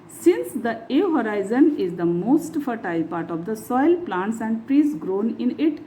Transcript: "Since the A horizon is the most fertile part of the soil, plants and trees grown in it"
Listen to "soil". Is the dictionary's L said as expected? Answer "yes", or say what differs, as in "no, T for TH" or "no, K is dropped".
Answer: yes